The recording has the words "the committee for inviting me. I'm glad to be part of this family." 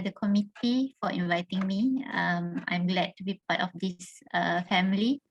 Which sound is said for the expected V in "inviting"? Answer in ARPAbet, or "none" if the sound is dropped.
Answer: V